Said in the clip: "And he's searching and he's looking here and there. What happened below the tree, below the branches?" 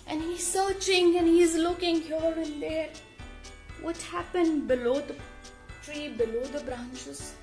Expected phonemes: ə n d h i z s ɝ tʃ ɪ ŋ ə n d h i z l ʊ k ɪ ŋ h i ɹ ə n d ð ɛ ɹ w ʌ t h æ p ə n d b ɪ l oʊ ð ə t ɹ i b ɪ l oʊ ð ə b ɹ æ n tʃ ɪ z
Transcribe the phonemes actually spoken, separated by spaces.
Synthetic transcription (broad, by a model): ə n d h i z s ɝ tʃ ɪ ŋ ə n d h i z l ʊ k ɪ ŋ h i l ə n d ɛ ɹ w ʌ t h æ p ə n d b ɪ l oʊ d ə t ɹ i b ɪ l oʊ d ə b ɹ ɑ n tʃ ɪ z